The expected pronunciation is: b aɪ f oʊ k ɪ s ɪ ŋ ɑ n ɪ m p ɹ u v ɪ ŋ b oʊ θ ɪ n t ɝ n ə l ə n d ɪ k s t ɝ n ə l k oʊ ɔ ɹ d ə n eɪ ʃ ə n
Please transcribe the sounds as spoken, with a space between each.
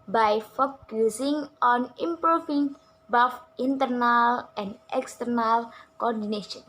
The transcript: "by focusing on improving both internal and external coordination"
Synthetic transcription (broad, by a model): b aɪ f oʊ k ɪ s ɪ ŋ ɑ n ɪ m p ɹ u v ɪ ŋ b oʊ f ɪ n t ɝ n ə l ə n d ɪ k s t ɝ n ə l k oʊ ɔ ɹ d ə n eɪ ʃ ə n